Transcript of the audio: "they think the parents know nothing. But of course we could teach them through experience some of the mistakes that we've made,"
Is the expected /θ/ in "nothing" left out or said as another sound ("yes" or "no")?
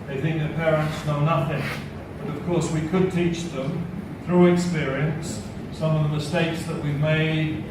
no